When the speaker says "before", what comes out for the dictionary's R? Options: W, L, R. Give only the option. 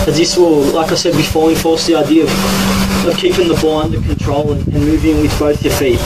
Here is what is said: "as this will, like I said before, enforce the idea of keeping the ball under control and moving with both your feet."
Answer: L